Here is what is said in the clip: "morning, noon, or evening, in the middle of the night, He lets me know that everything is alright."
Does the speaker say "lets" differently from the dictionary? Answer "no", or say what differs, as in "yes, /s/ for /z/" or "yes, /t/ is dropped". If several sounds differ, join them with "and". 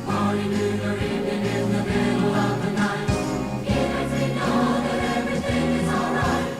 yes, /n/ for /l/